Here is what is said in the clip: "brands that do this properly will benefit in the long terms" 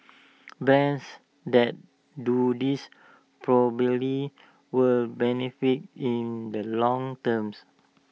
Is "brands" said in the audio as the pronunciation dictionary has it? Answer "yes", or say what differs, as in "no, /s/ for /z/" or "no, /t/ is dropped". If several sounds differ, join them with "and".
no, /ɹ/ is dropped